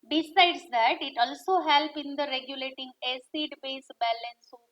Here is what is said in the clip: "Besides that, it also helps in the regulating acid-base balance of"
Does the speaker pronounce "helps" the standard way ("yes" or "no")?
no